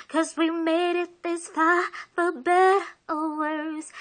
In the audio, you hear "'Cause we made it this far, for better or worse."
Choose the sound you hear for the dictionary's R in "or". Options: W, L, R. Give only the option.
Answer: L